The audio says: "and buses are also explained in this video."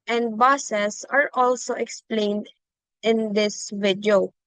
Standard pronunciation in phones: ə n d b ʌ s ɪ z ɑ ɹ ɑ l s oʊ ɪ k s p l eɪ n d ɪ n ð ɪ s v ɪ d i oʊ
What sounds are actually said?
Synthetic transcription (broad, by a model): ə n d b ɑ s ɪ s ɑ ɹ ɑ l s oʊ ɪ k s p l eɪ n d ɪ n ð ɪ s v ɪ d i oʊ